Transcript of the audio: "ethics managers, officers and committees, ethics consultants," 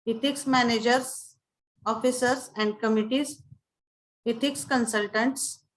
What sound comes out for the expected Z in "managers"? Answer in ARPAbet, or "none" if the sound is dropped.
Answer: S